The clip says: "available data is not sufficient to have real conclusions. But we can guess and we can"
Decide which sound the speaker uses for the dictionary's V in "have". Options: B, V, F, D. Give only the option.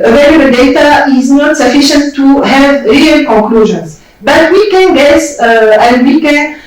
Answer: V